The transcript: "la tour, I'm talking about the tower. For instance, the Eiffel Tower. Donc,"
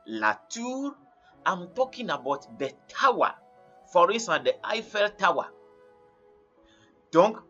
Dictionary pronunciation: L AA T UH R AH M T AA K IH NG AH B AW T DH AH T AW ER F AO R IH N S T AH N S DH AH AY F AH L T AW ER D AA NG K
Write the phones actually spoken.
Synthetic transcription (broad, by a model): L AA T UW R AH M T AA K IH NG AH B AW T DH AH T AW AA F AO R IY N S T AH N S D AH AY F AH L T AW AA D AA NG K